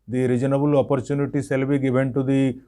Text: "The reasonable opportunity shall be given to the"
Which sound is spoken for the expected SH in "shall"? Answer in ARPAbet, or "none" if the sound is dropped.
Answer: S